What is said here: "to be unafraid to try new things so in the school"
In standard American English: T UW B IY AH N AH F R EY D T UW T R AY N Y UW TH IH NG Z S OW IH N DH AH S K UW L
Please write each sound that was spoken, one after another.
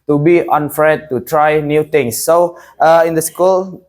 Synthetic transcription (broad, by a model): T UW B IY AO N F R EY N T UW T R AY N Y UW T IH NG S OW IH N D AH S K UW L